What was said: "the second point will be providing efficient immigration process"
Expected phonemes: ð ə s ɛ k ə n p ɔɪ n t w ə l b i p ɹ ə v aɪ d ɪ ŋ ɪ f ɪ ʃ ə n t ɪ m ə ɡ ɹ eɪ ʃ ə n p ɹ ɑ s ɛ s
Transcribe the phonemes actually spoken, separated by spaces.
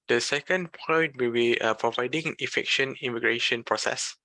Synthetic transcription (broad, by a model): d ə s ɛ k ə n p ɔɪ n t w ə l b i p ɹ ə v aɪ d ɪ ŋ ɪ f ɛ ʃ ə n ɪ m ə ɡ ɹ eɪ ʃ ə n p ɹ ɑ s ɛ s